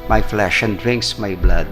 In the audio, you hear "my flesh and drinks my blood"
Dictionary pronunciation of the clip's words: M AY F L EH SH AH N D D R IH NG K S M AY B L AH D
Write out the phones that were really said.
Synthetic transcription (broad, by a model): M AY F L EH SH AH N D D R IH NG K S M AY B L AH D